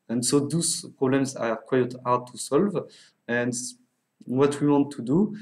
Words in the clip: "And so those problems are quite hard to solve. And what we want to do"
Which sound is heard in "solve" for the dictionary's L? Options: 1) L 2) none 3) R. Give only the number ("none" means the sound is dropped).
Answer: 1